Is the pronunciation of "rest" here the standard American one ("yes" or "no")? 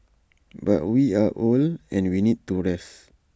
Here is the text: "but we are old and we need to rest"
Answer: no